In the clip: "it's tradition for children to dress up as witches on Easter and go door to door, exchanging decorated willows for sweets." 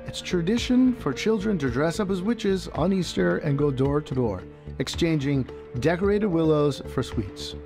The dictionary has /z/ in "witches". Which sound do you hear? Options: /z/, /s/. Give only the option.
/z/